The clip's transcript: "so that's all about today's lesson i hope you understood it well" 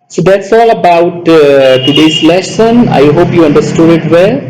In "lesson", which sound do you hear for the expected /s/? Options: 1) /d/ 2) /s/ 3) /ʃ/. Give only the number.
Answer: 3